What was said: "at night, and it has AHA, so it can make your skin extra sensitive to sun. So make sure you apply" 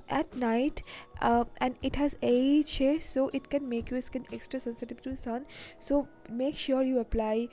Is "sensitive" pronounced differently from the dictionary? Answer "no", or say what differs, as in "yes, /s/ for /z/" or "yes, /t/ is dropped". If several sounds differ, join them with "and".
yes, /b/ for /v/